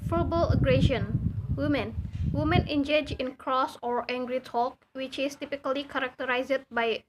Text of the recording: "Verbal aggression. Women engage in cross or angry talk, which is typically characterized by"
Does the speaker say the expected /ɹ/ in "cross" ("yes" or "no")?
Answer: yes